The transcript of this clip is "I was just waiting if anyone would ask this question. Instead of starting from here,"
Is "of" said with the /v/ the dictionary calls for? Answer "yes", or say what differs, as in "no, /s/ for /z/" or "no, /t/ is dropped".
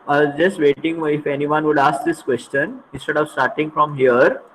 yes